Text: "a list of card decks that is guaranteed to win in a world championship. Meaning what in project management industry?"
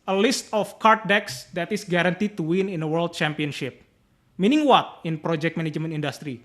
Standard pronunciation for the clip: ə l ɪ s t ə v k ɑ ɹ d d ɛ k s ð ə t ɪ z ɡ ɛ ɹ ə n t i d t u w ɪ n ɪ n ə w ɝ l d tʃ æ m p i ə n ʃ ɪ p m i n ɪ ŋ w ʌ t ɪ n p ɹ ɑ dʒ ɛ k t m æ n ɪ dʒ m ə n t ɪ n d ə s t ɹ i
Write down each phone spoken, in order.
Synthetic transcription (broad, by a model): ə l ɪ s t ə f k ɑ ɹ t d ɛ k s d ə t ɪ s ɡ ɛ ɹ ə n t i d t u w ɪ n ɪ n ə w ɝ l d tʃ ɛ m p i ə n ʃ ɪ p m i n ɪ ŋ w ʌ t ɪ n p ɹ ɑ dʒ ɛ k t m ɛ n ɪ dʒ m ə n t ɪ n d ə s t ɹ i